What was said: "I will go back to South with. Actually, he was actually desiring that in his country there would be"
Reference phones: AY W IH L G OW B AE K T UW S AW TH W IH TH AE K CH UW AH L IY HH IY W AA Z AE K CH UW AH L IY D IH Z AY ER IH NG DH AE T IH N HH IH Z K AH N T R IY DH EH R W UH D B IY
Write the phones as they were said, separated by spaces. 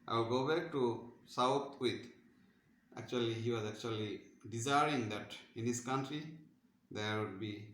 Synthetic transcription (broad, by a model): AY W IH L G OW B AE K T UW S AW T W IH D AE K CH UW AH L IY HH IY W AA Z AE K CH UW AH L IY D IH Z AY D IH NG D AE T IH N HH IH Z K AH N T R IY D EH R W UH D B IY